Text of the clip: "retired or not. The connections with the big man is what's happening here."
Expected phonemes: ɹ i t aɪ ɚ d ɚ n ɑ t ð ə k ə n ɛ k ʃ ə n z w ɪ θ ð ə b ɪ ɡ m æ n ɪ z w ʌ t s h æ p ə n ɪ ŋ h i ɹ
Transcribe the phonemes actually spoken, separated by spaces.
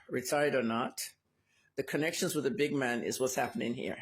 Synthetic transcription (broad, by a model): ɹ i t aɪ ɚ d ɚ n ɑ t ð ə k ə n ɛ k ʃ ə n z w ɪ ð ə b ɪ ɡ m æ n ɪ z w ʌ t s h æ p ə n ɪ ŋ h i ɹ